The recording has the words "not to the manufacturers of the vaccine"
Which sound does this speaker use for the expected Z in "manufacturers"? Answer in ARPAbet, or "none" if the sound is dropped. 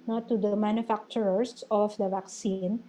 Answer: S